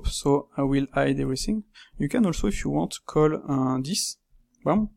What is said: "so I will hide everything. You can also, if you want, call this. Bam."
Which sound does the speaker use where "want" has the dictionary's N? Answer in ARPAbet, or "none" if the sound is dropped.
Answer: none